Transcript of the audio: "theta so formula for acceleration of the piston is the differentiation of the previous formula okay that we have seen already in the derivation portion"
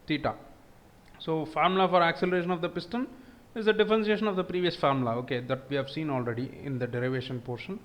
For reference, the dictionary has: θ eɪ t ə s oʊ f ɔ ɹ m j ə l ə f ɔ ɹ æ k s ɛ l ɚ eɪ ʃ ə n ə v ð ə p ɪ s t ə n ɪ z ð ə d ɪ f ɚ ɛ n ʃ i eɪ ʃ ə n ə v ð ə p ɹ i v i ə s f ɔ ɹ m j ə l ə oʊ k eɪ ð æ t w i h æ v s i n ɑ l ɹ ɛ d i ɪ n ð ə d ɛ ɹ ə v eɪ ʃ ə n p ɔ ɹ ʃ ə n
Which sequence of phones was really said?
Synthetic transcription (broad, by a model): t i t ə s oʊ f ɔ ɹ m l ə f ɔ ɹ æ k s ɛ l ɚ eɪ ʃ ə n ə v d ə p ɪ s t ə n ɪ z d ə d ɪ f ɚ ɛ n s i eɪ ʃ ə n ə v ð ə p ɹ i v i ə s f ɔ ɹ m l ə oʊ k eɪ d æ t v i h æ v s i n ɑ l ɹ ɛ d i ɪ n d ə d ɛ ɹ ə v eɪ ʃ ə n p ɔ ɹ ʃ ə n